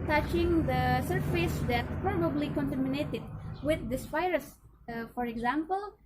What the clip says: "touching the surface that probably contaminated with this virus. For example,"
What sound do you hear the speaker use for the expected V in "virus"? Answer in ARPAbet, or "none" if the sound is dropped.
F